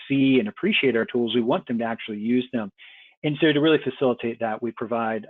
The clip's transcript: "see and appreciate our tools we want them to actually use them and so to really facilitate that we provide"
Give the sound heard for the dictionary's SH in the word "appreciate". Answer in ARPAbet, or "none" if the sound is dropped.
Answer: SH